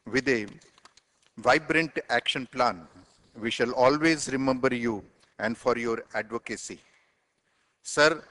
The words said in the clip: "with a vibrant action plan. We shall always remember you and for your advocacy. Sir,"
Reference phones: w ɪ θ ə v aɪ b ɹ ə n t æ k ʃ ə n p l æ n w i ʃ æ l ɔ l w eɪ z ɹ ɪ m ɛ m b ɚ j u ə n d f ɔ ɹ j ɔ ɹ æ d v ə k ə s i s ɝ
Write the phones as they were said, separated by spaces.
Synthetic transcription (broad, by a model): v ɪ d ə v aɪ b ɹ ə n t æ k ʃ ə n p l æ n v i ʃ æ l ɔ l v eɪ z ɹ ɪ m ɛ m b ɚ j u ə n d f ɔ ɹ j ɔ ɹ æ d v ə k ə s i s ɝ